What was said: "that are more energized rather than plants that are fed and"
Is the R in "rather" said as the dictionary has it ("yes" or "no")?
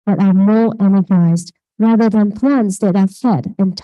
yes